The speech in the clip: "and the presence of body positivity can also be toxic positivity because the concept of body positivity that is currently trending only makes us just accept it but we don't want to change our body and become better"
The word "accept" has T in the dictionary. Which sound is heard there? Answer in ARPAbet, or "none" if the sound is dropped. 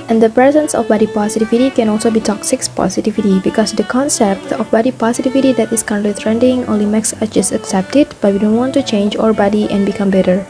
T